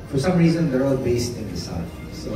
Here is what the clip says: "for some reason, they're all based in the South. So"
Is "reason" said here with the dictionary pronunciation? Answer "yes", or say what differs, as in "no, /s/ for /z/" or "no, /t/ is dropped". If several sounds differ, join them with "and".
yes